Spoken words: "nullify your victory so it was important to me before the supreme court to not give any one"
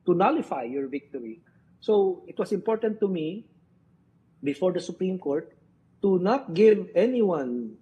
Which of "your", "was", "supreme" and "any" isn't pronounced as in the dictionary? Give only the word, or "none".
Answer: was